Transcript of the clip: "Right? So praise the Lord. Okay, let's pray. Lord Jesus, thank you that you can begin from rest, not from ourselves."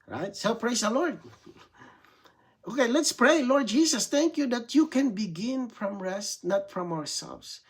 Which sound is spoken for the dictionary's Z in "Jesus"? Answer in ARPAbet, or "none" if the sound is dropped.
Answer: S